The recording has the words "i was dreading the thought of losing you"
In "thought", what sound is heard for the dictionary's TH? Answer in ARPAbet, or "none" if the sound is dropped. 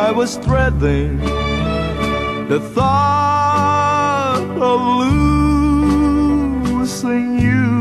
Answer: TH